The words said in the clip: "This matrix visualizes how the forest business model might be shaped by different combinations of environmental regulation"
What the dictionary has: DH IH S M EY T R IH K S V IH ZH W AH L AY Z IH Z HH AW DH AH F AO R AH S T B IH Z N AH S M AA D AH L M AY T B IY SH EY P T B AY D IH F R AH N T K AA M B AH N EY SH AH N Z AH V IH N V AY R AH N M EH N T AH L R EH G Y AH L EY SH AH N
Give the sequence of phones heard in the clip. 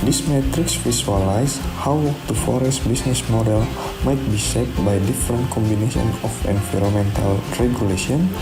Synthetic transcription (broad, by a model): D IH S M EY T R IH K S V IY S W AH L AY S HH AW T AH F AO R AH S T B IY S N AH S M AA D AH L M AY T B IY S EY T B AY D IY F R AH N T K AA M B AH N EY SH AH N AH F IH N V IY R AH M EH N T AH L R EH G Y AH L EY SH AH N